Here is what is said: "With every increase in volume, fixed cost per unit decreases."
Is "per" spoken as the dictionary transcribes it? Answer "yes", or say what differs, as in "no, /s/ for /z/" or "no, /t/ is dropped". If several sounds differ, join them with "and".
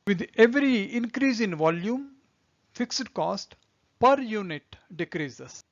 yes